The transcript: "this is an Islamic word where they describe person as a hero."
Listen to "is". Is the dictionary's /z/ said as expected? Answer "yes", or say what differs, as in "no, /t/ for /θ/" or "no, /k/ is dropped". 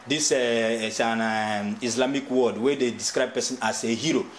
no, /s/ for /z/